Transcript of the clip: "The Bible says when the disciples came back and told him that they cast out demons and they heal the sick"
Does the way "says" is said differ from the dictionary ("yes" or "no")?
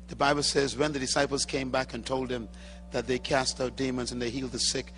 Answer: no